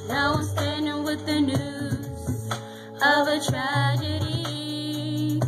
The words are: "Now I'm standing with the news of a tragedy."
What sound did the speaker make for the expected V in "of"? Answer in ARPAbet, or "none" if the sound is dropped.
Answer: V